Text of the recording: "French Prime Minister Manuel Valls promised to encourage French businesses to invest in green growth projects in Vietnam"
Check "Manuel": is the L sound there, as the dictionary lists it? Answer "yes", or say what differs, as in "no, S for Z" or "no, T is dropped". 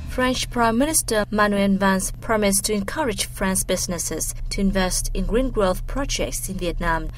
no, N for L